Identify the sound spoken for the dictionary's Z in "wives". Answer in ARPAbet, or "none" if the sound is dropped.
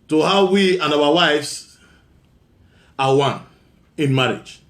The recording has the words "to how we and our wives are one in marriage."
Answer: S